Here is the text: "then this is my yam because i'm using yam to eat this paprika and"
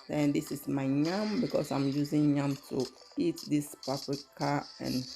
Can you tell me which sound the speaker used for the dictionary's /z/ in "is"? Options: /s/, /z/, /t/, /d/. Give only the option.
/s/